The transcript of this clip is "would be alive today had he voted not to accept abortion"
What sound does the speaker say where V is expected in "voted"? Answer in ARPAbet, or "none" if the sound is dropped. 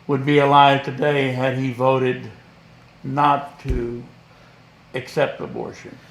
V